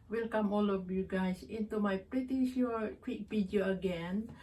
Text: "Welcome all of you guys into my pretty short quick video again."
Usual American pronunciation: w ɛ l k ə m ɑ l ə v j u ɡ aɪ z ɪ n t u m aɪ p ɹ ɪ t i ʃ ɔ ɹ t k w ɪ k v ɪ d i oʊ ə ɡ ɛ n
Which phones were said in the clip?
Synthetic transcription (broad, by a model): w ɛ l k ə m ɑ l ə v j u ɡ aɪ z ɪ n t u m aɪ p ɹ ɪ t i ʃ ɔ k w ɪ k p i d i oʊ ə ɡ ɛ n